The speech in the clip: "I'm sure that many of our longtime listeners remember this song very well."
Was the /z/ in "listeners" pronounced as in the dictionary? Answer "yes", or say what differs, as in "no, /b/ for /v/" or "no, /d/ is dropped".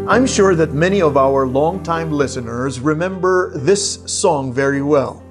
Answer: yes